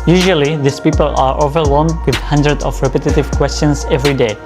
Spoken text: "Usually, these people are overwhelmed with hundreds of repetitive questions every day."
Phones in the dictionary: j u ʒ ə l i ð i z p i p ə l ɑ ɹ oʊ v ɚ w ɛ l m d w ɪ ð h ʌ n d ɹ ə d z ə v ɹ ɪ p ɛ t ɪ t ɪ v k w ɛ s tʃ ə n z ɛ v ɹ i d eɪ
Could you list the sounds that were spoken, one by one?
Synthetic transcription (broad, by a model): j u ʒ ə l i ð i s p i p ə l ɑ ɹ oʊ v ɚ w ɛ l m d w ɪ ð h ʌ n d ɹ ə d ə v ɹ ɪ p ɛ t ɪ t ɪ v k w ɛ s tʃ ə n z ɛ v ɹ i d eɪ